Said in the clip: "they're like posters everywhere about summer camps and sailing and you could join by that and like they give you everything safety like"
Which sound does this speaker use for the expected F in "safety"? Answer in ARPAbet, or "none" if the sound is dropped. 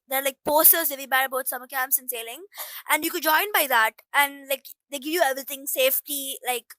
F